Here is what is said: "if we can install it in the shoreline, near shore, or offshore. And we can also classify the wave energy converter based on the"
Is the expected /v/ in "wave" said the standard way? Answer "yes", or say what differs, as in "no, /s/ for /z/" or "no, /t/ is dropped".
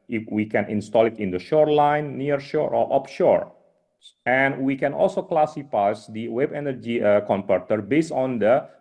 no, /b/ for /v/